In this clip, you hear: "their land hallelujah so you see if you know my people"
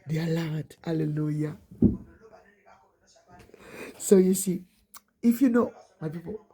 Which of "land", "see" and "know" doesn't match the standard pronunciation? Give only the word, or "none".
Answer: land